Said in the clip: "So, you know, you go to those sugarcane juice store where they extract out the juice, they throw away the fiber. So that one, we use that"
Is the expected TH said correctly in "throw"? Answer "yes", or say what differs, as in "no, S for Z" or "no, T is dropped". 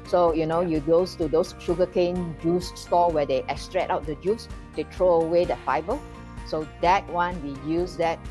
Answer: no, T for TH